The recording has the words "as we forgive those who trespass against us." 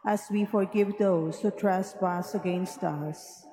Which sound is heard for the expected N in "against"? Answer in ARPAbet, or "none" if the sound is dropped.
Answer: N